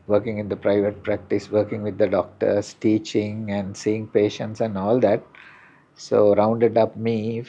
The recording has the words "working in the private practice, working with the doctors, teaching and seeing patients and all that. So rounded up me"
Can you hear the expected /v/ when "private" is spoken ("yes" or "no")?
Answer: yes